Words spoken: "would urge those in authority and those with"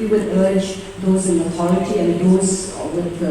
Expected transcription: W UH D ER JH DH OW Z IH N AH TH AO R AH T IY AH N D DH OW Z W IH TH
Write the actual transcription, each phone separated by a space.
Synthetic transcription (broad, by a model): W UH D ER JH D OW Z IH N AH T AO R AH T IY AH N D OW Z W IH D